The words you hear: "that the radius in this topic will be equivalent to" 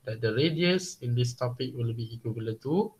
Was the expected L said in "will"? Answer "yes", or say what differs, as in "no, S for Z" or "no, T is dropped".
yes